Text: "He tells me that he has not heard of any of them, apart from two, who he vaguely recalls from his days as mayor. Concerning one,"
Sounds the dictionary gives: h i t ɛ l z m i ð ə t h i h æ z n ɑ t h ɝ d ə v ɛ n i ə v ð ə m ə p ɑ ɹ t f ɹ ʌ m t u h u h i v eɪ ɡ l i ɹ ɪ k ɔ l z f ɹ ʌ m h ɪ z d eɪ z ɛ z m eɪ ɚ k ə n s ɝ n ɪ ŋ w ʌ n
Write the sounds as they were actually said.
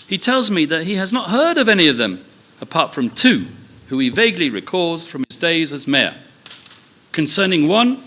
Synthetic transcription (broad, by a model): h i t ɛ l z m i ð ə t h i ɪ z n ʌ t h ɝ d ə v ɛ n i ə v ð ə m ə p ɑ ɹ t f ɹ ʌ m t u h u i v eɪ ɡ l i ɹ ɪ k ɔ z f ɹ ʌ m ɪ z d eɪ z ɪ z m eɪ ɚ k ə n s ɝ n ɪ ŋ w ʌ n